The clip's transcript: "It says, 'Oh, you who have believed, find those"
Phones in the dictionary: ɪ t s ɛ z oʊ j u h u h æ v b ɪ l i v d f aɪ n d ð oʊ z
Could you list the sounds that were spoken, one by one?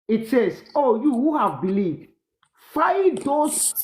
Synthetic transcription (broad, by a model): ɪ t s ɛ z oʊ j u h u h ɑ v b ɪ l i v d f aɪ d oʊ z